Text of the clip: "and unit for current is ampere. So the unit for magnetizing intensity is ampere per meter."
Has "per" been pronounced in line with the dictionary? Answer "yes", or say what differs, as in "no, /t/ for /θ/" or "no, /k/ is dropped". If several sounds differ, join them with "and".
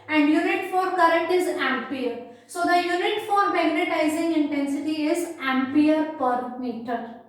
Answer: yes